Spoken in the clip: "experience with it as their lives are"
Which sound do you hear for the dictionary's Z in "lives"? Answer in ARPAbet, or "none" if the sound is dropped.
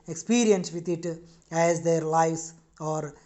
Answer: S